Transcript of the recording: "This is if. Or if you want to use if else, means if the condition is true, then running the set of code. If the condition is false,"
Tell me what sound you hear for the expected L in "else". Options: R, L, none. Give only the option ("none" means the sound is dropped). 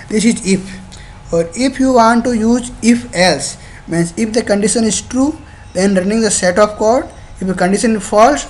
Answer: L